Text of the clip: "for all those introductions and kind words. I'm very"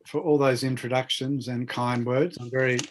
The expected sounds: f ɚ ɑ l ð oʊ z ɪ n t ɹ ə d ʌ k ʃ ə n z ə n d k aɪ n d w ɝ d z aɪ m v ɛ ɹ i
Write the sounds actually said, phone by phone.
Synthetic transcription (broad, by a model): f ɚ ɑ l ð oʊ z ɪ n t ɹ ə d ʌ k ʃ ə n z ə n k aɪ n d w ɝ d z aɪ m v ɛ ɹ i